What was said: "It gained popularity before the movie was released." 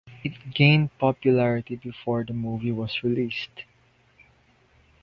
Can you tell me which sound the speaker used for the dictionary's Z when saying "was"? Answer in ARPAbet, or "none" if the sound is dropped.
S